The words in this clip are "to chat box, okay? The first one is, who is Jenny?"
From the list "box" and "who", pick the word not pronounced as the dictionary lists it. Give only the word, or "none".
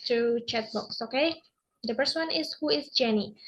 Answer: none